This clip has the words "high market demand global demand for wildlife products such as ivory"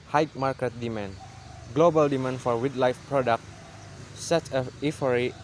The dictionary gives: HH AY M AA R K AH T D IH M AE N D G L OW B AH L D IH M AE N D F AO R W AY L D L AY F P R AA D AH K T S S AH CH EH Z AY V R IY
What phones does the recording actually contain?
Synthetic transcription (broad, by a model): HH AY M AA R K AH T D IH M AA N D G L OW B AH L D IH M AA N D F AO R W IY D L AY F P R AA D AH K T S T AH IY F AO R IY